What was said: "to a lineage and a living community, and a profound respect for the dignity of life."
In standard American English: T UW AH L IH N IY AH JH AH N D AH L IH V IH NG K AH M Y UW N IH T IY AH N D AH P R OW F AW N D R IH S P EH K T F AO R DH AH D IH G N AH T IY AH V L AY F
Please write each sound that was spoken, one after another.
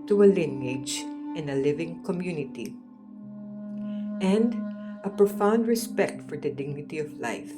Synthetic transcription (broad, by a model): T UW AH L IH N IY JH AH N AH L IH V IH NG K AH M Y UW N IH T IY AH N D AH P R OW F AW N D R IH S P EH K T F AO R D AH D IH G N AH T IY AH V L AY F